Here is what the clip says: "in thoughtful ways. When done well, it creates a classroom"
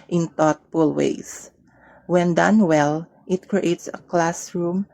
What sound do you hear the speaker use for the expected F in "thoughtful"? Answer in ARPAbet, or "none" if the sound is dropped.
P